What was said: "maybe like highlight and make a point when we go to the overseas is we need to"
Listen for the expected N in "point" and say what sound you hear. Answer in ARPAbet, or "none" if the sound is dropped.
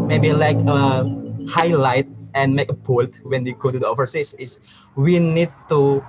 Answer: L